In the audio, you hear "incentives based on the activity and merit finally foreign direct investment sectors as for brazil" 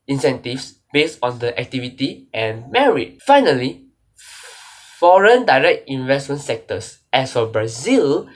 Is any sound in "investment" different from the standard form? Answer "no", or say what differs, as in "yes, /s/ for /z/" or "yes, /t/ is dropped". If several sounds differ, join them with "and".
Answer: no